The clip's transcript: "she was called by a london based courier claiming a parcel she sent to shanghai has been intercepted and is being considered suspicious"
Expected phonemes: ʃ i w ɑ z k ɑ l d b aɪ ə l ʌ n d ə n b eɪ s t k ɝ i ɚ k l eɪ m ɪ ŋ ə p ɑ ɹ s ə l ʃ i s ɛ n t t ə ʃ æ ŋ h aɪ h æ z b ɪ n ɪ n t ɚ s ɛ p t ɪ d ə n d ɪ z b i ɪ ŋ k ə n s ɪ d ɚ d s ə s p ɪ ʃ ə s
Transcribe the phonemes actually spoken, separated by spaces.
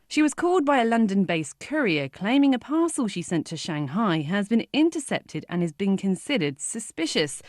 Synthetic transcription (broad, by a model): ʃ i w ɑ z k ɑ l d b aɪ ə l ʌ n d ə n b eɪ s k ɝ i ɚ k l eɪ m ɪ ŋ ə p ɑ s ə l ʃ i s ɛ n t t ə ʃ æ ŋ h aɪ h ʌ z b ɪ n ɪ n t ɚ s ɛ p t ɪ d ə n ɪ z b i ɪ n k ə n s ɪ d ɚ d s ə s p ɪ ʃ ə s